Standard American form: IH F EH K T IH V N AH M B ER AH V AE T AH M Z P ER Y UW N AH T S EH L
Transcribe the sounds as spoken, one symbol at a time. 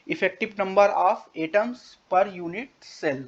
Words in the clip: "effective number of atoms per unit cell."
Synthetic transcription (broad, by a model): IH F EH K T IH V N AH M B ER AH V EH T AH M S P ER Y UW N AH T S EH L